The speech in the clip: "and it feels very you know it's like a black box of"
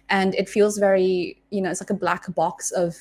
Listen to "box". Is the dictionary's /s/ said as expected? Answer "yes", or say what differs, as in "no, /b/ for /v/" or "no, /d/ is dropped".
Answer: yes